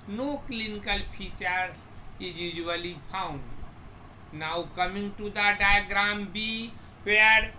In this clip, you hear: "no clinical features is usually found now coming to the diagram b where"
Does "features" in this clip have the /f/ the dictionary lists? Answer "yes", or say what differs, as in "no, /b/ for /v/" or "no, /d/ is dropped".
no, /p/ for /f/